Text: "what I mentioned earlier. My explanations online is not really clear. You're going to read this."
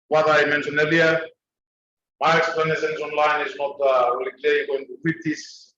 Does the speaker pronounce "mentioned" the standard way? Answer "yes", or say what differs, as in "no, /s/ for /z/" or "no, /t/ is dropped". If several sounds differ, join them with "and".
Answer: no, /d/ is dropped